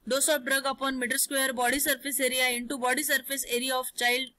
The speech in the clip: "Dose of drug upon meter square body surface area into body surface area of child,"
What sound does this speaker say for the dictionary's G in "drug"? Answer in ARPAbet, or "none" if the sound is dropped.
G